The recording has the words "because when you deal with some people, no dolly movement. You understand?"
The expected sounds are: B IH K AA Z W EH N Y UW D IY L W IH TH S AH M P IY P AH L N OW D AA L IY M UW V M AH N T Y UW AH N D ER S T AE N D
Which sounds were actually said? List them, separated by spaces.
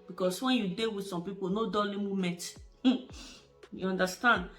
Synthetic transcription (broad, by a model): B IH K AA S W EH N Y UW D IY W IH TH S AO M P IY P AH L N OW D AA L IY M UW M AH N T Y UW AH N D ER S T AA N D